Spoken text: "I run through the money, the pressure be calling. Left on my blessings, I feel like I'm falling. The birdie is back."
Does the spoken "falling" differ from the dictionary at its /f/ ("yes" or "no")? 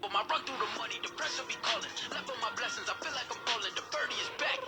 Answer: yes